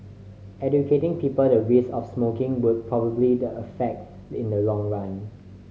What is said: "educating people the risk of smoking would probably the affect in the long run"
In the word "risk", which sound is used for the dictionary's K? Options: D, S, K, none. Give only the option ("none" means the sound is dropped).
none